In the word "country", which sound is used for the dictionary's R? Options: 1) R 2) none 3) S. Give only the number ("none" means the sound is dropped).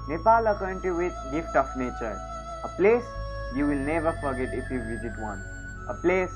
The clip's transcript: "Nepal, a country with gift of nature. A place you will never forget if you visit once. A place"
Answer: 2